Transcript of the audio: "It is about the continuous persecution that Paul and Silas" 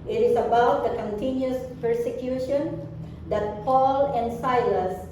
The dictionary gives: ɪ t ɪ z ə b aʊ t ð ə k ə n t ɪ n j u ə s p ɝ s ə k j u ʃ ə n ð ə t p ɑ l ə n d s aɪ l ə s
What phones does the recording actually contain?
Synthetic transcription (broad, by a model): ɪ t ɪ s ə b aʊ t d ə k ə n t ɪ n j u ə s p ɝ s ə k j u ʃ ə n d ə t p ɑ l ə n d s aɪ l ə s